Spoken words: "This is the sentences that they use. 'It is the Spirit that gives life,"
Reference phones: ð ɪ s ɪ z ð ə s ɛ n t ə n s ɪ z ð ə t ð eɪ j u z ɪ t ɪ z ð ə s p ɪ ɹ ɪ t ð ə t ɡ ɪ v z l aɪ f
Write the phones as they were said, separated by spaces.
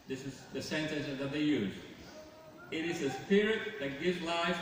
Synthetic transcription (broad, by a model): ð ɪ s ɪ z ð ə s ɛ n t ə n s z ð ə t ð eɪ j u z ɪ t ɪ z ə s p ɪ ɹ ɪ t ð ə t ɡ ɪ v z l aɪ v